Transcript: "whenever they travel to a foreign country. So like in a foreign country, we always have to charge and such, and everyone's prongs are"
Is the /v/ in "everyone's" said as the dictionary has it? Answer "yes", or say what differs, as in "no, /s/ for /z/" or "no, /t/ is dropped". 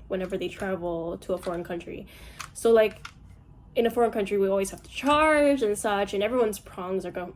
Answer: yes